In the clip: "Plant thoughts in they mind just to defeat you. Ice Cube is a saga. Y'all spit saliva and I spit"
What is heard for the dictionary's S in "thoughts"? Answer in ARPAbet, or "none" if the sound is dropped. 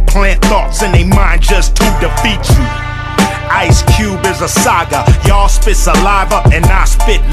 S